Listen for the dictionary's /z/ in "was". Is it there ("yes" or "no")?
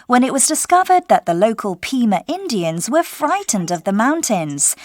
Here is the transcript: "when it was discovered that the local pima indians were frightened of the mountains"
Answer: yes